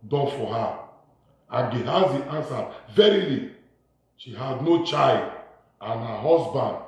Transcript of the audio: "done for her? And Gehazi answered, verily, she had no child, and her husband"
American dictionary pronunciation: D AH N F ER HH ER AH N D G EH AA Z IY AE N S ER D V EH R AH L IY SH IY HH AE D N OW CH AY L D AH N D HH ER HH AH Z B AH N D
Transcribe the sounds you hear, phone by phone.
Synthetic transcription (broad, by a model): D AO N F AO HH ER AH G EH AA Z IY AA N S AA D V EH R AH L IY SH IY HH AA D N OW CH AY L D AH N HH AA HH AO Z B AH N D